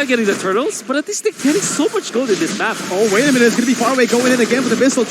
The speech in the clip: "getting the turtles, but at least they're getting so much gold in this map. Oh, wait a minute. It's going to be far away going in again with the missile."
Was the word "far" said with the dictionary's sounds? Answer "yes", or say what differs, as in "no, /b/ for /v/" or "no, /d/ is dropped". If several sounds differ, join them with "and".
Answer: yes